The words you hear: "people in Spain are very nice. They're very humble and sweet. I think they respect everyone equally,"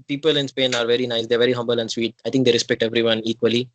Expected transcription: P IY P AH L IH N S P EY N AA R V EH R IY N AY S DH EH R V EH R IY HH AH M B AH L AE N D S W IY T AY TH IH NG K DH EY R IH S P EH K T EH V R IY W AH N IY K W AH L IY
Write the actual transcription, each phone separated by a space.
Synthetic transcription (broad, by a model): P IY P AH L IH N S P EY N AA R V EH R IY N AY S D EH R V EH R IY HH AH M B AH L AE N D S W IY T AY T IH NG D EY R IH S P EH K T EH V R IY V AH N IY K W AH L IY